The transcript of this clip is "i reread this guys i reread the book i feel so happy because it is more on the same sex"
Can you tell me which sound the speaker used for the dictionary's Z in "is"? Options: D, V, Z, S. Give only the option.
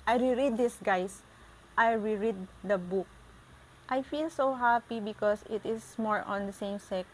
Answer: S